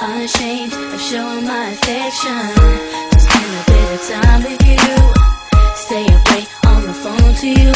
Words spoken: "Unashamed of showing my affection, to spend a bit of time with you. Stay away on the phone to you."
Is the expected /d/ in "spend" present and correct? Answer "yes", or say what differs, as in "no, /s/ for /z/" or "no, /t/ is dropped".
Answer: no, /d/ is dropped